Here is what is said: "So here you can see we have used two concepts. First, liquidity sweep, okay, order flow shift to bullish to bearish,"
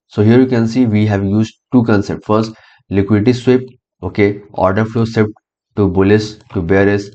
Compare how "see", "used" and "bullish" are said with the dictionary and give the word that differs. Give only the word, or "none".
bullish